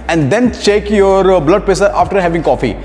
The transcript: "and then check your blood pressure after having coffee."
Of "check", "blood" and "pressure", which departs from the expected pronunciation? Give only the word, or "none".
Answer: pressure